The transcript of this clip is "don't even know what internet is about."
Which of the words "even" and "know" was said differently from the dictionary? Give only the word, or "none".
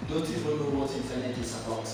even